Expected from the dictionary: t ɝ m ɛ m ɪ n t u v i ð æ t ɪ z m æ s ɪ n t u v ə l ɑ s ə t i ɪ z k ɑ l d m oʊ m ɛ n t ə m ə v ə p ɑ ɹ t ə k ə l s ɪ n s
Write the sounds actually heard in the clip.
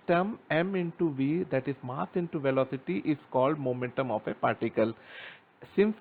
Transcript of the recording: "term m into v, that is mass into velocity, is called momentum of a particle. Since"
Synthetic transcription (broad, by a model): t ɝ m ɛ m ɪ n t u v i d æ t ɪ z m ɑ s ɪ n t u v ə l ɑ s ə t i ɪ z k ɑ l d m oʊ m ɛ n t ə m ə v ə p ɑ ɹ t ə k ə l s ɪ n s